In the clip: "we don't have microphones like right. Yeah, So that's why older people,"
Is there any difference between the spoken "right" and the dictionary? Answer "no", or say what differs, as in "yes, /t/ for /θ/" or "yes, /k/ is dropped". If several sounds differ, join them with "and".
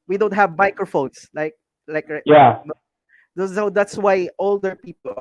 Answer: yes, /l/ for /ɹ/